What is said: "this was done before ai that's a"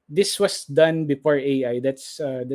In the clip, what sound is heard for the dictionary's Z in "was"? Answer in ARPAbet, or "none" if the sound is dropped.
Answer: S